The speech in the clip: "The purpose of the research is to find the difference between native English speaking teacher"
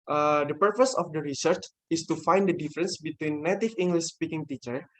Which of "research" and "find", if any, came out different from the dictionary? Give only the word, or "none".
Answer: none